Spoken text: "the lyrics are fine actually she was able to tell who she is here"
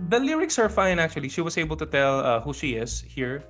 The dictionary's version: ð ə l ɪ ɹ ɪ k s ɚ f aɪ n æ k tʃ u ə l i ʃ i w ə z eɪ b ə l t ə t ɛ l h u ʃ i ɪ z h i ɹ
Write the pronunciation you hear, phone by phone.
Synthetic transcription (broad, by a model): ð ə l ɪ ɹ ɪ k s ɚ f aɪ n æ k tʃ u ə l i ʃ i w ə s eɪ b ə l t ə t ɛ l h u ʃ i ɪ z h i ɹ